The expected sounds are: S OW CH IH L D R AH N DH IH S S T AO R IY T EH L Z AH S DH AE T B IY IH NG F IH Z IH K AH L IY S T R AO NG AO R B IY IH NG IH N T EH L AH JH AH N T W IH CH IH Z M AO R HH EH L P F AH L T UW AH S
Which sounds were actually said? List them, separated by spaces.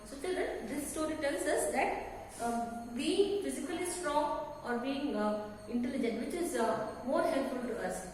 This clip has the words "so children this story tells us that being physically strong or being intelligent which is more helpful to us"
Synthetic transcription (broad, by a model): S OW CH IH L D AH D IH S S T AO R IY T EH L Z AH S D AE T B IY IH NG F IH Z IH K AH L IY S T R AO NG AO R B IY IH NG IH N T EH L AH JH AH N T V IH CH IH Z M AO R HH EH L P F AH L T UW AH S